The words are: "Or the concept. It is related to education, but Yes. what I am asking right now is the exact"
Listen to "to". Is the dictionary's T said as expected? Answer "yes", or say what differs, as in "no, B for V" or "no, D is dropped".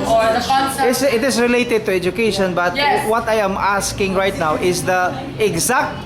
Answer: yes